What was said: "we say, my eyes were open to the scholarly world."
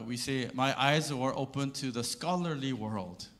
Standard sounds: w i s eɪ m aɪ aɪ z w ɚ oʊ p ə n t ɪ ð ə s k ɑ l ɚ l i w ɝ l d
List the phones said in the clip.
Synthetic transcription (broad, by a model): w i s eɪ m aɪ aɪ z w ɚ oʊ p ə n t ɪ ð ə s k ɑ l ɚ l i w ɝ l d